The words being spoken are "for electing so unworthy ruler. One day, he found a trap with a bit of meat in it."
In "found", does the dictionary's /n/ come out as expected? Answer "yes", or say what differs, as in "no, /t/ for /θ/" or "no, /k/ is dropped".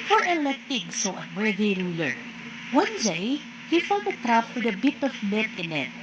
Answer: no, /l/ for /n/